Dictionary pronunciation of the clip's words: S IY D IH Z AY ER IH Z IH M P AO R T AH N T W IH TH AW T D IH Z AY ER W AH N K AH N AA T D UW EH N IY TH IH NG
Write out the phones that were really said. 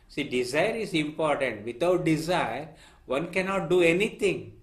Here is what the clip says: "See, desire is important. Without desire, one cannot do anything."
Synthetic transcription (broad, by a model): S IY D IH Z AY ER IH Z IH M P AO R T AH N T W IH T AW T D IH Z AY ER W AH N K AH N AA T D UW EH N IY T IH NG